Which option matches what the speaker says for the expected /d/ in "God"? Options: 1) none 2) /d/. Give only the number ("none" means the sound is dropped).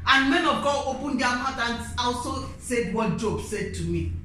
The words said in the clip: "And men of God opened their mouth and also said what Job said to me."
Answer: 1